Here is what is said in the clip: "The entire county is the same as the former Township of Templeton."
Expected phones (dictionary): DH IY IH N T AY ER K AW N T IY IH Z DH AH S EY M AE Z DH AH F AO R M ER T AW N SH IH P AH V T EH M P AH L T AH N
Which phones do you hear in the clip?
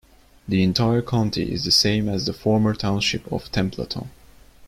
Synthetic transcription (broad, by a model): DH IY IH N T AY ER K AW N T IY IH Z DH AH S EY M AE Z DH AH F AO R M ER T AW N SH IH P AH V T EH M P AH T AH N